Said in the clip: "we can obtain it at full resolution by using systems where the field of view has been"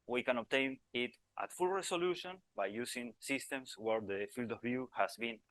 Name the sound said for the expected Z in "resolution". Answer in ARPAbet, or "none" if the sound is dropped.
S